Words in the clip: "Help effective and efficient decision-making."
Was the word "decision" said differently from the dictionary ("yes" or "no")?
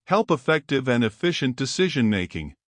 no